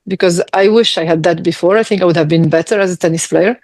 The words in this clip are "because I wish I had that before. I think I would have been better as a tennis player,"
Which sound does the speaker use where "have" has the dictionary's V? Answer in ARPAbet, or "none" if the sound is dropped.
V